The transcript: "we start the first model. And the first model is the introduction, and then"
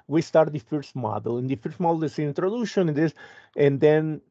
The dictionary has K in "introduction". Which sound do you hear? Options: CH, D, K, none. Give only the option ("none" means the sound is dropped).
none